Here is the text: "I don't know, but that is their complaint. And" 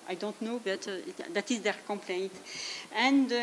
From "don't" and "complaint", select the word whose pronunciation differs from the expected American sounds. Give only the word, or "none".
none